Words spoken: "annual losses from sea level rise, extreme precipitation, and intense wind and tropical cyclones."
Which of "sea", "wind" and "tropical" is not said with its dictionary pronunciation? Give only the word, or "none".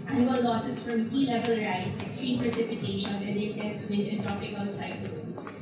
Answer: wind